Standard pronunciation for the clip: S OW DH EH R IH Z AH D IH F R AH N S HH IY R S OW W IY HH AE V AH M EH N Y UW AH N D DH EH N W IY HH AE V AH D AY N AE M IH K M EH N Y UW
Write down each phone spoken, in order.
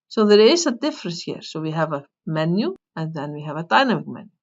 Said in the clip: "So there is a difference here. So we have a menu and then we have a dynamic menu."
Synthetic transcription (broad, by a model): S OW DH EH R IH S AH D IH F R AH S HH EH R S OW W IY HH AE V AH M EH N Y UW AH N DH EH N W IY HH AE V AH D AY N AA M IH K M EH N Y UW